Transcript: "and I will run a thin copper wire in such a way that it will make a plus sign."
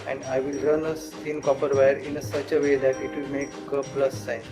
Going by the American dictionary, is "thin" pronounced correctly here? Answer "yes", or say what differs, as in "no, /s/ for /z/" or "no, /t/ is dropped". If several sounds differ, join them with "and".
no, /s/ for /θ/